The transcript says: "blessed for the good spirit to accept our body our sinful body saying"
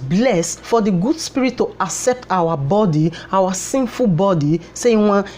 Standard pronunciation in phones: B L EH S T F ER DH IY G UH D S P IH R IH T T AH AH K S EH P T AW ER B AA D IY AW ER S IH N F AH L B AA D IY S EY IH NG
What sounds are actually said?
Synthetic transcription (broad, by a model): B L EH S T F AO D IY G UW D S P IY R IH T T AH AH K S EH P T AW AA B AA D IY AW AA S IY N F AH L B AA D IY S EY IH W